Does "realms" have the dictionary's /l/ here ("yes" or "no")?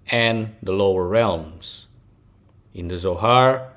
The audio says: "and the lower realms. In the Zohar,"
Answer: yes